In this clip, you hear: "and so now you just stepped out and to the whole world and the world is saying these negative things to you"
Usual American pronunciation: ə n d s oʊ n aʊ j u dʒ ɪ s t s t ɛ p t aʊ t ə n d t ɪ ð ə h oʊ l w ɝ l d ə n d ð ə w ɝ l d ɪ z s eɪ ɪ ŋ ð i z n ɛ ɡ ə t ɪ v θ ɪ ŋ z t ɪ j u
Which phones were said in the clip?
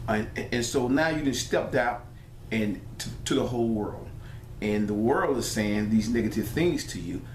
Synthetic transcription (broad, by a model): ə n s oʊ n aʊ j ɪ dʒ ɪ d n s t ɛ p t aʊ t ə n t t ɪ ð ə h oʊ l w ɝ l d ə n ð ə w ɝ l d ɪ z s eɪ ɪ ŋ ð i z n ɛ ɡ ə t ɪ v θ ɪ ŋ z t ɪ j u